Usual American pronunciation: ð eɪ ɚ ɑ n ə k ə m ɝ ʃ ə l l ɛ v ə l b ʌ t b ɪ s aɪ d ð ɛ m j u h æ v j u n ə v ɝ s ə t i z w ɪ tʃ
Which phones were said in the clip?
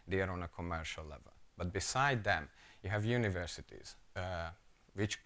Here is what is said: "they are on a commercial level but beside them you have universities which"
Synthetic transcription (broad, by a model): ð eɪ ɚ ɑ n ə k ə m ɝ ʃ ə l l ɛ v ə l b ʌ t b ɪ s aɪ d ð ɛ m j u h æ v j u n ə v ɝ s ə t i z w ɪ tʃ